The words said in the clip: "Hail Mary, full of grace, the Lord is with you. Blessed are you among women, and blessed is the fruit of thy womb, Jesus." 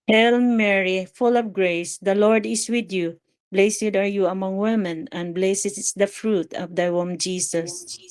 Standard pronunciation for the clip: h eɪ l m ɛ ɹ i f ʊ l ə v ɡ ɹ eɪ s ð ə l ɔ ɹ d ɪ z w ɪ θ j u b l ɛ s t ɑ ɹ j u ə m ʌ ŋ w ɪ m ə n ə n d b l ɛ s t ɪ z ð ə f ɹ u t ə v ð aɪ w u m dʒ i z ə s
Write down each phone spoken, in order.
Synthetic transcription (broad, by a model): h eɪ l m ɛ ɹ i f ʊ l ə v ɡ ɹ eɪ s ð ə l ɔ ɹ d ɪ s w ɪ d j u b l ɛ s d ɑ ɹ j u ə m ʌ ŋ w ɪ m ə n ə n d b l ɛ s ɪ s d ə f ɹ u t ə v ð aɪ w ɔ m dʒ i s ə s